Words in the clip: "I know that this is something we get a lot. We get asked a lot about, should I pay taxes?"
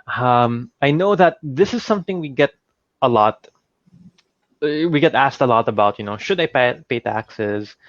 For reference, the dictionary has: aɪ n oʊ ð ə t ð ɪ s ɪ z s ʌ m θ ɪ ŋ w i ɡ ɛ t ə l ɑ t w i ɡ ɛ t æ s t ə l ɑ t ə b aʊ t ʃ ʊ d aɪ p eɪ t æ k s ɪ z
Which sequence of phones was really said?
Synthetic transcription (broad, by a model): aɪ n oʊ ð ə t ð ɪ s ɪ z s ʌ m θ ɪ ŋ w i ɡ ɛ t ə l ɑ t w i ɡ ɛ t æ s t ə l ɑ t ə b aʊ t ʃ ʊ d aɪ p eɪ t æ k s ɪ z